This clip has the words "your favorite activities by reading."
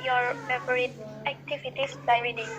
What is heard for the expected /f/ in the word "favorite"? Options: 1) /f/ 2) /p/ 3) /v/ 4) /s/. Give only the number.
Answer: 2